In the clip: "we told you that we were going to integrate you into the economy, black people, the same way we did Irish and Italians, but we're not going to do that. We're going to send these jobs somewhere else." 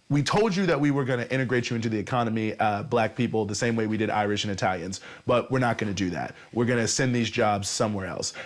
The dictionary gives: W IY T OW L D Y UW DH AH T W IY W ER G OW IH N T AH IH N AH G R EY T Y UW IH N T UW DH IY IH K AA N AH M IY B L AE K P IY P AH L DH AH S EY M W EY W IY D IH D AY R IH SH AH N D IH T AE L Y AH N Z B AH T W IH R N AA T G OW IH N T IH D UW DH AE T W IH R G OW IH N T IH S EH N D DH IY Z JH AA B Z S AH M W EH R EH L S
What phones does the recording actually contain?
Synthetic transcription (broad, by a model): W IY T OW L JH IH DH AH T W IY W ER G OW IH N T IH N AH G R EY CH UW IH N T UW DH IY IH K AA N AH M IY B L AE K P IY P L DH AH S EY M W EY W IY D IH D AY R IH SH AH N IH T AE L Y AH N Z B AH T W IH R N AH T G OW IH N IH D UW DH AE T W IH R G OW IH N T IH S EH N DH IY Z JH AA B Z S AH M W EH R EH L S